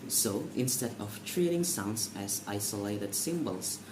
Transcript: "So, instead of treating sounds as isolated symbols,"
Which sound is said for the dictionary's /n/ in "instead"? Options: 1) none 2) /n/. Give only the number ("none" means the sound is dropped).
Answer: 2